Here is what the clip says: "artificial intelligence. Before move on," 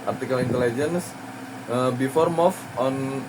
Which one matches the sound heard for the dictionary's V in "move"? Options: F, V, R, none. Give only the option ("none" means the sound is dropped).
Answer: F